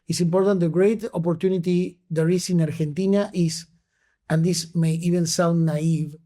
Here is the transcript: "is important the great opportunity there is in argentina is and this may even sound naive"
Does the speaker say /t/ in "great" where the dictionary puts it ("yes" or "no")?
yes